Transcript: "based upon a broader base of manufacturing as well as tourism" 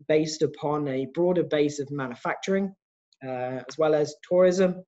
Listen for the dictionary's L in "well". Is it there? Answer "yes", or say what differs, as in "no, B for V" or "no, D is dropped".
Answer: yes